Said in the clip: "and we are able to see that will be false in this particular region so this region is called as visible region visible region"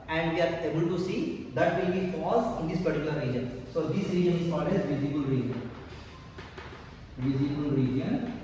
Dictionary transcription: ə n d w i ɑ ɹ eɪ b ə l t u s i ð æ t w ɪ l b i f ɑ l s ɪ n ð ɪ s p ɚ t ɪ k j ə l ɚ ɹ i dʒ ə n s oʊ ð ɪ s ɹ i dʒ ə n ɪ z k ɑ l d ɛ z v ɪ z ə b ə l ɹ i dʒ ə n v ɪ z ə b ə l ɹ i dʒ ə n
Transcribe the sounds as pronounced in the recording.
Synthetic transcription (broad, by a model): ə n d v i ɑ ɹ eɪ b ə l t u s i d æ t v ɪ l b i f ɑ s ɪ n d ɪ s p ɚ t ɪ k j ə l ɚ ɹ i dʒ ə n s oʊ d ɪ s ɹ i dʒ ə n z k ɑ d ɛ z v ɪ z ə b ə l ɹ i dʒ ə n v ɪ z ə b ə l ɹ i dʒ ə n